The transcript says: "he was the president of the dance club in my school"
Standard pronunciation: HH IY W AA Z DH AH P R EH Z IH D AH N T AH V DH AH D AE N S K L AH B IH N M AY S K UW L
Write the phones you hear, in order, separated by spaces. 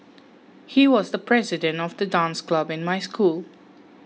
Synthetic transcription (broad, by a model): HH IY W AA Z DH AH P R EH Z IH D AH N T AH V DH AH D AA N S K L AH B IH N M AY S K UW L